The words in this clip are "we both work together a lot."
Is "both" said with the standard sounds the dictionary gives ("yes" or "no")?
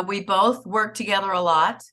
yes